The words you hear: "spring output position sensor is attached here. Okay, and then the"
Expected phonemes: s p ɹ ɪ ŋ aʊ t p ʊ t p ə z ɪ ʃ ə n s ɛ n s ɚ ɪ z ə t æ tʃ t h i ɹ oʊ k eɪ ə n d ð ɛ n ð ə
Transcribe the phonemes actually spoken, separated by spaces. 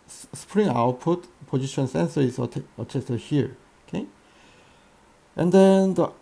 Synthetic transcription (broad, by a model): s p ɹ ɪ ŋ aʊ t p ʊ t p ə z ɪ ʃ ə n s ɛ n s ɚ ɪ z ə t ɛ s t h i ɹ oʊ k eɪ ə n d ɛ n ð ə